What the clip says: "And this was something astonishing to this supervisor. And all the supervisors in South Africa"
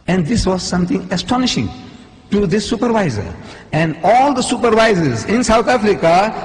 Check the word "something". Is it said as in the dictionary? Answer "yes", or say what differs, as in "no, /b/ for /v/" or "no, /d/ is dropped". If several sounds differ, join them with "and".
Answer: no, /t/ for /θ/